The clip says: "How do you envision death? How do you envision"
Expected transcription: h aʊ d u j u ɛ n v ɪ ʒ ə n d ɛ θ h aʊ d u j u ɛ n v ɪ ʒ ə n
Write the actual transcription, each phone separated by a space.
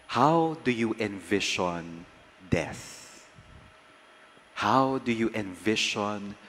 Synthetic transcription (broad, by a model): h aʊ d u j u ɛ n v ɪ ʃ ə n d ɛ s h aʊ d u j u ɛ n v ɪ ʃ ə n